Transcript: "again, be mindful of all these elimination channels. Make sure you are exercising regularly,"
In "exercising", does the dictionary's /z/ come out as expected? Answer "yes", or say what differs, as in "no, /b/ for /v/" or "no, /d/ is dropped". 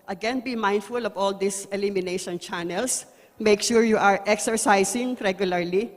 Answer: no, /s/ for /z/